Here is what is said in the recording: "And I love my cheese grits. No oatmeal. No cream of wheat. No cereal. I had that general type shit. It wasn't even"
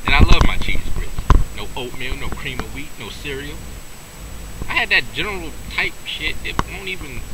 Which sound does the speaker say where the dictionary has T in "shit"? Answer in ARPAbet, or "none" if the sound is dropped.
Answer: T